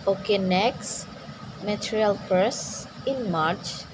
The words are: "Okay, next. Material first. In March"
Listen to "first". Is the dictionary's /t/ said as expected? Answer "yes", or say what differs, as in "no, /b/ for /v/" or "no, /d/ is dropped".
no, /t/ is dropped